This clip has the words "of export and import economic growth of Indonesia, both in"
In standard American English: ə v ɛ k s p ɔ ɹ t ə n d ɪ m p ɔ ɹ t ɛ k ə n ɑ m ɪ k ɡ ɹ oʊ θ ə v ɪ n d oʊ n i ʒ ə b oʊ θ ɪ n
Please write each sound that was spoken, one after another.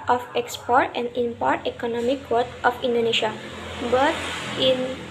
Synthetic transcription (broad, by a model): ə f ɛ k s p ɔ ɹ t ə n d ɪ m p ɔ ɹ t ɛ k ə n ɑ m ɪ k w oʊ t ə f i n d oʊ n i ʃ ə b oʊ t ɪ n